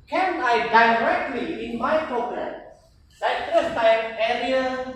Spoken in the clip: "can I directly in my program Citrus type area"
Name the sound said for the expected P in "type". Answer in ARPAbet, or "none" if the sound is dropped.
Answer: none